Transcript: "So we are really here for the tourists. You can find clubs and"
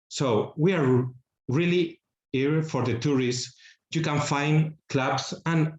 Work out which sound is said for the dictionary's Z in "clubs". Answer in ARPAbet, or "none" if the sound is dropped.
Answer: S